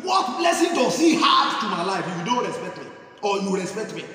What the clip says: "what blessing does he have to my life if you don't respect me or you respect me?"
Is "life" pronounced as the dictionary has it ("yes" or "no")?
no